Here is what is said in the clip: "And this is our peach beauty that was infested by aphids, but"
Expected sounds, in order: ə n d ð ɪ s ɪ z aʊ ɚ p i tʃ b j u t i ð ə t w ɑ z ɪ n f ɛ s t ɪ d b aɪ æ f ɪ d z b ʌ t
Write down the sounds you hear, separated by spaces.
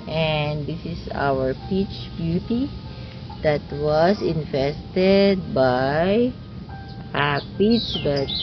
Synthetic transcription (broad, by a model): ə n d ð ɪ s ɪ s aʊ ɚ p i tʃ b j u t i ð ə t w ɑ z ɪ n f ɛ s t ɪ d b aɪ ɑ p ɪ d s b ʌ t